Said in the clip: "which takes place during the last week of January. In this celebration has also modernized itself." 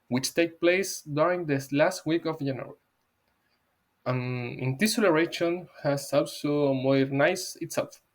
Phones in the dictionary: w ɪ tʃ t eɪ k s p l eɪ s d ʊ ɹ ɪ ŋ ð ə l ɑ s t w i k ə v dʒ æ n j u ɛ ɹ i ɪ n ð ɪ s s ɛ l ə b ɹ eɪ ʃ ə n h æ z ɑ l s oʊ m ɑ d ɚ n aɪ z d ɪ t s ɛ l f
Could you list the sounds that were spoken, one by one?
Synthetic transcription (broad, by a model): w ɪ tʃ t eɪ k p l eɪ s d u ɹ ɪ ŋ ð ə l ɑ s t w i k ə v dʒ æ n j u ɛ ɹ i ɪ n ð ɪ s s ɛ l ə ɹ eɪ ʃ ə n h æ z ɑ l s oʊ m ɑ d n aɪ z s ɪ t s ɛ l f